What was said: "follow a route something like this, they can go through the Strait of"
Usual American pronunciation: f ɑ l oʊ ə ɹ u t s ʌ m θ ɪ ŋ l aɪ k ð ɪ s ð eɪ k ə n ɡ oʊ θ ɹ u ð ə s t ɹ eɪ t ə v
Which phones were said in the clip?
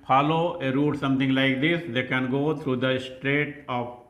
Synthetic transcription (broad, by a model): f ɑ l oʊ ə ɹ u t s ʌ m t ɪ ŋ l aɪ k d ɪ s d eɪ k ə n ɡ oʊ t ɹ u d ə s t ɹ eɪ t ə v